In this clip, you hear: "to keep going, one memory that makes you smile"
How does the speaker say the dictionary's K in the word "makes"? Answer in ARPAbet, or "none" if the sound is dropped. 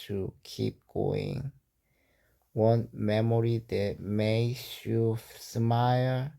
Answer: none